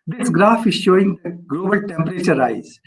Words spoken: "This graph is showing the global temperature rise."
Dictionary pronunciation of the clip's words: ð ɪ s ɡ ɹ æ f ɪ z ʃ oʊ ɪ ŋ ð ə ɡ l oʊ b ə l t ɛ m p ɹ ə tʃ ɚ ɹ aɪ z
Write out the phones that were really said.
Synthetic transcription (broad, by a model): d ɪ s ɡ ɹ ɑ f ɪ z ʃ oʊ ɪ ŋ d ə ɡ l oʊ b ə l t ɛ m p ɹ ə tʃ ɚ ɹ aɪ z